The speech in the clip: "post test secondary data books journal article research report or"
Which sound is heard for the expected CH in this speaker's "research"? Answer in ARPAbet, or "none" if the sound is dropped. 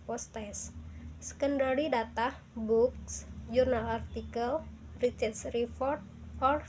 S